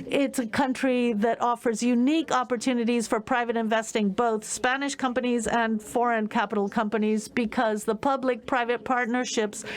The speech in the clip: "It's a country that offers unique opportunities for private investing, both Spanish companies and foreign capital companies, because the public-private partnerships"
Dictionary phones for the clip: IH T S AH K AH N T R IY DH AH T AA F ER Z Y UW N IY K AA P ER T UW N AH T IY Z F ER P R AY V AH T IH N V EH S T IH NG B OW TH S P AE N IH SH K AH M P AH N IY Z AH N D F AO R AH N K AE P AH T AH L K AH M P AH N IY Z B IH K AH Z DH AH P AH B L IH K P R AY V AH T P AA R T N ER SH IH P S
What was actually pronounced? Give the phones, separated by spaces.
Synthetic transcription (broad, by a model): IH T S AH K AH N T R IY DH AH T AA F ER Z Y UW N IY K AA P ER T UW N AH T IY Z F ER P R AY V AH T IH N V EH S T IH NG B OW TH S P AE N IH SH K AH M P AH N IY Z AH N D F AO R AH N K AE P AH T L K AH M P AH N IY Z B IH K AH Z DH AH P AH B L IH K P R AY V AH T P AA R T N ER SH IH P S